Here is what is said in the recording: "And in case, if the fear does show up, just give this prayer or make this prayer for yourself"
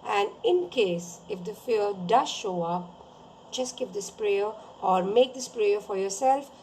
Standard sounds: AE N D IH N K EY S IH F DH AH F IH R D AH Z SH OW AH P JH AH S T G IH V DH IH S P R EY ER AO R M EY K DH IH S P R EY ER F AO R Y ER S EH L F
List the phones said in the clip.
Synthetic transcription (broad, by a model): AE N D IH N K EY S IH F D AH F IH L D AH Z SH OW AH P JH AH S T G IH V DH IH S P R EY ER AO R M EY K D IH S P R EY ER F AO R Y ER S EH L F